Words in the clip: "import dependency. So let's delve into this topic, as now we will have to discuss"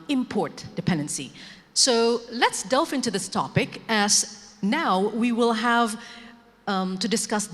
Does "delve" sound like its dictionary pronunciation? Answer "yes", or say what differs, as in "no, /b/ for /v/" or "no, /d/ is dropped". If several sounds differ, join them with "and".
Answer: no, /f/ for /v/